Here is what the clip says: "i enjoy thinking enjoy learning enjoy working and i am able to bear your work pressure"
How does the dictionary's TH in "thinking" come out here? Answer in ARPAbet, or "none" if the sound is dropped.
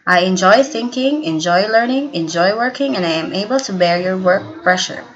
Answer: TH